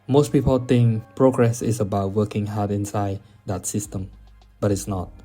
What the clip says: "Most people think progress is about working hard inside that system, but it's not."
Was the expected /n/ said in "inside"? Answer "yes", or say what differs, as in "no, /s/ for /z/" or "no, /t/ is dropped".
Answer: yes